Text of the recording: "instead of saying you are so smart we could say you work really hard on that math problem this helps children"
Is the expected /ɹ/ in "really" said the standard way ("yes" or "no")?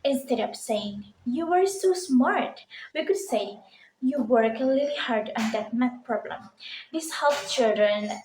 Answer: no